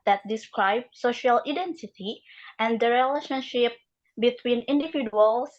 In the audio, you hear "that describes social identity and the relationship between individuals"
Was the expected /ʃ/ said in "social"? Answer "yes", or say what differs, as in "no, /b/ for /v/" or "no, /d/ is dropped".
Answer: yes